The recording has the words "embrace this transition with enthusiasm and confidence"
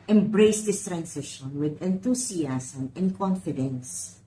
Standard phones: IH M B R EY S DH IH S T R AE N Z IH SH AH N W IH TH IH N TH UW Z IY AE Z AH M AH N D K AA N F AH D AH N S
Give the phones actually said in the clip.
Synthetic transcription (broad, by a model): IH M B R EY S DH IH S T R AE N S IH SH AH N W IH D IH N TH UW S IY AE S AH M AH N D K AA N F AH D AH N S